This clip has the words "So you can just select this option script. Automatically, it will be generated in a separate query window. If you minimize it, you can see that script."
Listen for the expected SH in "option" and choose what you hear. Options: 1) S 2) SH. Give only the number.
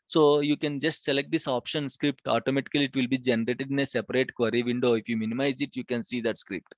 2